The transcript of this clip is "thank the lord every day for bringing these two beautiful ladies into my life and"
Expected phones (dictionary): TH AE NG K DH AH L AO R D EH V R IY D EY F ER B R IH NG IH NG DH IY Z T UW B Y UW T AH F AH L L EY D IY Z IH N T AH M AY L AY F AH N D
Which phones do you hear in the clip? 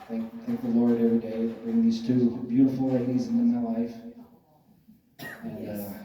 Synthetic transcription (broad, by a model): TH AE NG K DH AH L AO R D EH V R IY D EY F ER B R IH NG IH NG DH IY Z T UW B Y UW T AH F L L EY D IY Z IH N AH M AY L AY F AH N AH